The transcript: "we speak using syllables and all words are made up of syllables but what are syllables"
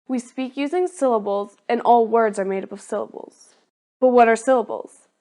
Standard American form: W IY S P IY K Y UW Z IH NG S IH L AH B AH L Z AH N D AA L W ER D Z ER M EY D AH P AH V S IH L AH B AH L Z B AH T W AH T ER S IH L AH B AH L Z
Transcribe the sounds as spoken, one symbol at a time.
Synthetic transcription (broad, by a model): W IY S P IY K Y UW Z IH NG S IH L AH B L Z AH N AA L W ER D Z ER M EY D AH P AH V S IH L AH B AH L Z B AH T W AH T ER S IH L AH B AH L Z